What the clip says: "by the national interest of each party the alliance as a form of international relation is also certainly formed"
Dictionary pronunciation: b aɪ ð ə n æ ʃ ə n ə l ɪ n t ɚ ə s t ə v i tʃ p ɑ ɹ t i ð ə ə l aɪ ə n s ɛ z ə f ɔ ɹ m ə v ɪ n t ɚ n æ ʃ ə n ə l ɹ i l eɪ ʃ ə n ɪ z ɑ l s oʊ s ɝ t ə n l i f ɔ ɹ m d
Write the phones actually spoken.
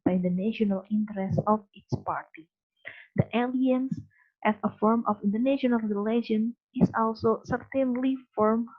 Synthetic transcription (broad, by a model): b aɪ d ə n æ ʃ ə n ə l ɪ n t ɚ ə s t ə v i s p ɑ ɹ t i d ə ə l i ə n s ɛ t ə f ɔ ɹ m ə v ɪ n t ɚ n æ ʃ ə n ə l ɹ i l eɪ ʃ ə n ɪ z ɑ l s oʊ s ɝ t ə n l i f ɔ ɹ m